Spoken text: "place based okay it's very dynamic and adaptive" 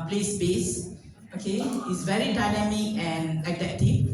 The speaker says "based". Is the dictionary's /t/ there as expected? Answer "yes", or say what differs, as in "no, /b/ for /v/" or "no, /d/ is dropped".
no, /t/ is dropped